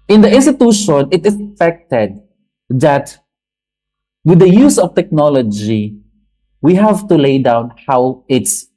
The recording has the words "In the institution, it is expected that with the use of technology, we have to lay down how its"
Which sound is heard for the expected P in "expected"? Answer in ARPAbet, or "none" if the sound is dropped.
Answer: F